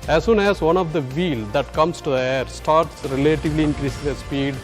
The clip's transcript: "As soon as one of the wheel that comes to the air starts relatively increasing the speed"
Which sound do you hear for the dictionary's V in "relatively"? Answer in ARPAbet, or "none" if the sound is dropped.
V